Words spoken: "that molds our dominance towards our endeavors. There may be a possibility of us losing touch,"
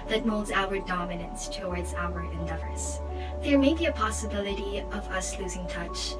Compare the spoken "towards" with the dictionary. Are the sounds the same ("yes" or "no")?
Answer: yes